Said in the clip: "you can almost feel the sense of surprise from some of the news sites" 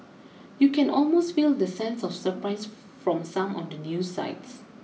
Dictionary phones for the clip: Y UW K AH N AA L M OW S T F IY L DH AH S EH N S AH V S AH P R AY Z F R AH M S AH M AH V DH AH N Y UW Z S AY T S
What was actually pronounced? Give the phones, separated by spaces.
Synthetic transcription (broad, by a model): Y UW K AH N AA L M OW S T F IY L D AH S EH N S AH F S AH P R AY S F R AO M S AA M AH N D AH N Y UW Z S AY T S